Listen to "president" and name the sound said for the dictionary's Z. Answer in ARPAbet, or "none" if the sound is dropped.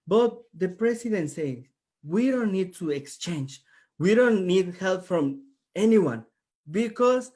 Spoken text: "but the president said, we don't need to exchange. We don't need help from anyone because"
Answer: S